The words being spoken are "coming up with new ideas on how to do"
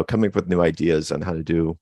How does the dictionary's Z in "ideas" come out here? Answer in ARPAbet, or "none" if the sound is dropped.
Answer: Z